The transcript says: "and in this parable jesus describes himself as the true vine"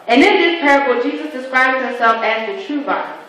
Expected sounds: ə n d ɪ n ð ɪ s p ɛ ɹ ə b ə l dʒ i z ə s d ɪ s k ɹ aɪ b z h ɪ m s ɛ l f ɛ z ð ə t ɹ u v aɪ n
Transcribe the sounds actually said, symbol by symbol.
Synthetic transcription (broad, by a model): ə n ɪ n ð ɪ s p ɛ ɹ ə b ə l dʒ i z ə s d ɪ s k ɹ aɪ b z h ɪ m s ɛ l f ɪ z ð ə t ɹ u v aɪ